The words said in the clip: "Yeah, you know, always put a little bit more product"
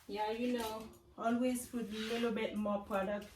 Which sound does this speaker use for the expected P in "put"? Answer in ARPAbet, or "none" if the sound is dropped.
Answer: F